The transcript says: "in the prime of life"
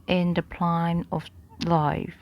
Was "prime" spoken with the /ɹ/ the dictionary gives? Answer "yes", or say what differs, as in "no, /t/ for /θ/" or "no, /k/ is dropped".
no, /l/ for /ɹ/